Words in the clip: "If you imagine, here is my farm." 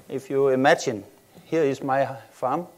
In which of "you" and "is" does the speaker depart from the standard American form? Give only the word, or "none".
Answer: is